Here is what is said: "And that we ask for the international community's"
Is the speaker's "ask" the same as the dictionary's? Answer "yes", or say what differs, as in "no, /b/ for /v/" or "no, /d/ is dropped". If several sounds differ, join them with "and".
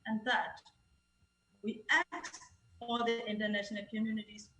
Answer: no, /s/ is dropped